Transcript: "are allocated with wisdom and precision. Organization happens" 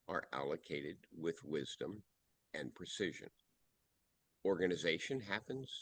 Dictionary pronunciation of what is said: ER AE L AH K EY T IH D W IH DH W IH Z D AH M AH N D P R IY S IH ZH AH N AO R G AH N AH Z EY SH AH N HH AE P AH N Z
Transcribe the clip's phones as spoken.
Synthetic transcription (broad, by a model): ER AE L AH K EY T IH D W IH DH W IH Z D AH M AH N P R IY S IH ZH AH N AO R G AH N AH Z EY SH AH N HH AE P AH N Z